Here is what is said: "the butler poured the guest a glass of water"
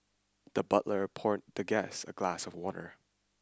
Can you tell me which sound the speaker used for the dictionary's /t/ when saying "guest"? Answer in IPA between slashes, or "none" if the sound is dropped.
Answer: none